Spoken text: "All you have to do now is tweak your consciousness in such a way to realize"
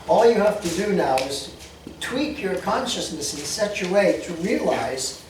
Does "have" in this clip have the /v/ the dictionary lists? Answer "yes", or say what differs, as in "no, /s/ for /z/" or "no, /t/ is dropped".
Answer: no, /f/ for /v/